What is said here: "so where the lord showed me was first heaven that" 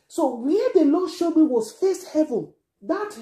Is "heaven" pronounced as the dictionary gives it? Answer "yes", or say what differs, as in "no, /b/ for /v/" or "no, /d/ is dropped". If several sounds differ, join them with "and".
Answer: yes